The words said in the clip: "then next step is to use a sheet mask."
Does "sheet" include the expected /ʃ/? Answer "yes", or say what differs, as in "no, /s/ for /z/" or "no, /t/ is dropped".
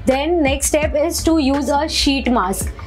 yes